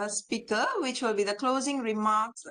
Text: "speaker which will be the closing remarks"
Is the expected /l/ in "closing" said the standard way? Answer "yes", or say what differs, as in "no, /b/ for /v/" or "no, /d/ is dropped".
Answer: yes